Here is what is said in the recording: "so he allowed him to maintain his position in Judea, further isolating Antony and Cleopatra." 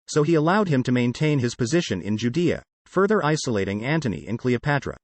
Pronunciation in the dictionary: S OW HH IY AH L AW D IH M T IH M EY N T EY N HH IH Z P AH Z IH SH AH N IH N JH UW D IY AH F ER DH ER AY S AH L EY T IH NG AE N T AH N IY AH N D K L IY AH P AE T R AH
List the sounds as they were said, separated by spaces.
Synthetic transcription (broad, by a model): S OW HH IY AH L AW D IH M T IH M EY N T EY N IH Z P AH Z IH SH AH N IH N JH UW D IY AH F ER DH ER AY S AH L EY T IH NG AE N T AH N IY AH N K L IY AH P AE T R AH